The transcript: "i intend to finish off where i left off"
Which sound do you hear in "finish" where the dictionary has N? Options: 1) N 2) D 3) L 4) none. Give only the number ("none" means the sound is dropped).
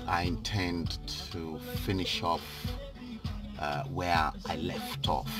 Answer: 1